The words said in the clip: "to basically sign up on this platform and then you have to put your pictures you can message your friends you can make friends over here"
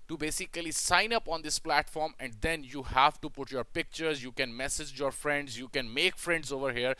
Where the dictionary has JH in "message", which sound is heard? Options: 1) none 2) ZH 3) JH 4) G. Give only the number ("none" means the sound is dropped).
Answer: 3